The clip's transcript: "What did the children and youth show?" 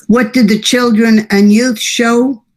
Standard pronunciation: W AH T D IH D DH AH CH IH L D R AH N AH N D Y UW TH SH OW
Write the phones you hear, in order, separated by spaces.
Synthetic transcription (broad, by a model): W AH T D IH D DH AH CH IH L D R AH N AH N Y UW TH SH OW